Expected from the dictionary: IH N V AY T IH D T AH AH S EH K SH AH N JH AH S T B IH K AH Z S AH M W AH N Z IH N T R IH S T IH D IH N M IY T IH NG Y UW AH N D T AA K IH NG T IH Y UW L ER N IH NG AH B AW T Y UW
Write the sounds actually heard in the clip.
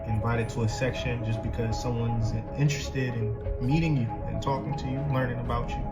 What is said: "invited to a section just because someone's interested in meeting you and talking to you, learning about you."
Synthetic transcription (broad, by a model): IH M V AY T IH D T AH AH S EH K SH AH N JH AH S B IH K AH Z S AH M W AH N Z IH N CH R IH S T IH D IH N M IY T IH NG Y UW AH N T AA K IH NG T IH Y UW L ER N IH NG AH B AW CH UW